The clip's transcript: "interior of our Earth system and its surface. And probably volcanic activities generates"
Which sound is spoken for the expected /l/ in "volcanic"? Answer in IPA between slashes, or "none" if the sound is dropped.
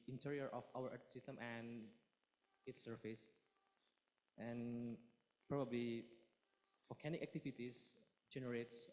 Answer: none